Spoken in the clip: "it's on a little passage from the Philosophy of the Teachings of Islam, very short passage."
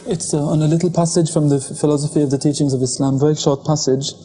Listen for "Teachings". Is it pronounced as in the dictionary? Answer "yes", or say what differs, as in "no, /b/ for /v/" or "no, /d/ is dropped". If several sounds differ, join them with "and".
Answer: yes